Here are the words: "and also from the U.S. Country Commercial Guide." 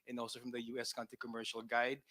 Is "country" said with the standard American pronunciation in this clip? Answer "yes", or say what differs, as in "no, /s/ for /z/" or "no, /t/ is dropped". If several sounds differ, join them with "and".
no, /ɹ/ is dropped